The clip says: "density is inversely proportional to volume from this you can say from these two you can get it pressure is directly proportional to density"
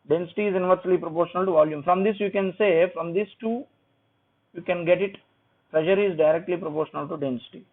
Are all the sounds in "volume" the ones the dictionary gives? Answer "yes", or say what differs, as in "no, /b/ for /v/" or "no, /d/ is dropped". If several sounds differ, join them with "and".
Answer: yes